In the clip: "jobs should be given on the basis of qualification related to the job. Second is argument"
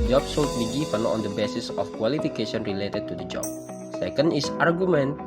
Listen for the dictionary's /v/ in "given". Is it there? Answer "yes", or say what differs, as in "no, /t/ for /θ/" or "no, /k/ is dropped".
no, /f/ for /v/